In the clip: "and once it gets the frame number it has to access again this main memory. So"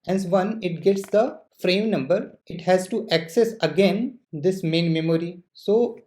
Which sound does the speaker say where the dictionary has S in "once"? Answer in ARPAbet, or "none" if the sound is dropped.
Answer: none